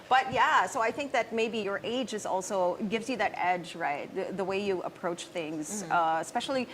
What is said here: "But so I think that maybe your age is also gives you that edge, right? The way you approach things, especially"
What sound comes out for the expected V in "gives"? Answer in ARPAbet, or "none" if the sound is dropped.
V